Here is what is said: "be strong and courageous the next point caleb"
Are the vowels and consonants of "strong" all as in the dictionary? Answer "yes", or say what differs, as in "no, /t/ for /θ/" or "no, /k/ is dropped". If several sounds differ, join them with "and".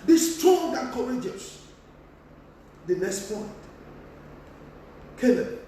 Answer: no, /ɹ/ is dropped